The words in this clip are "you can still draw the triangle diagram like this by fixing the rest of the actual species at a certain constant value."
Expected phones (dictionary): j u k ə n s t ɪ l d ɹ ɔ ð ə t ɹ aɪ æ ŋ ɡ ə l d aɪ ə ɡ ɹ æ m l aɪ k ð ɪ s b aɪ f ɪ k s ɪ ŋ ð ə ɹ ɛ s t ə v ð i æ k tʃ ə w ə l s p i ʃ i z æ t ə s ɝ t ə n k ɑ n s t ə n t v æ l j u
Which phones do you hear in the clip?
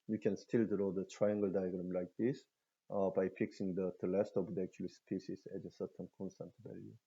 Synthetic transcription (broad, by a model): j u k ə n s t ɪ l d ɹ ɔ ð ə t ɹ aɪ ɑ ŋ ɡ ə l d aɪ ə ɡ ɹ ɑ m l aɪ k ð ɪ s b aɪ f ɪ k s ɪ ŋ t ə l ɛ s t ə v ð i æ k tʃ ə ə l s p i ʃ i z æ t ə s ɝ t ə n k ɑ n s t ə n t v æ l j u